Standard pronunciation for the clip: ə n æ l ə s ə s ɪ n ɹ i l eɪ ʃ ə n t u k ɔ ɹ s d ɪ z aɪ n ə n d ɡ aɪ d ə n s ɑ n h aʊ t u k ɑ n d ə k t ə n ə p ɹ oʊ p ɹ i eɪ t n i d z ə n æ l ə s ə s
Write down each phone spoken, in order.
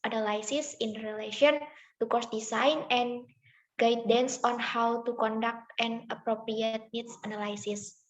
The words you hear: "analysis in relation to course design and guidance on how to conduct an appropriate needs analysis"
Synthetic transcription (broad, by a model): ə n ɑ l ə s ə s ɪ n ɹ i l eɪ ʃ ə n t u k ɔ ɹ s d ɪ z aɪ n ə n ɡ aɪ d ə n s ɑ n h aʊ t u k ɑ n d ə k t ə n ə p ɹ oʊ p ɹ i eɪ t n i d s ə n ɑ l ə s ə s